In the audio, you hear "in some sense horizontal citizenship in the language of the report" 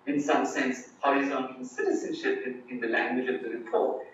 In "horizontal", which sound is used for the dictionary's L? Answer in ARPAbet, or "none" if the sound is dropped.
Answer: N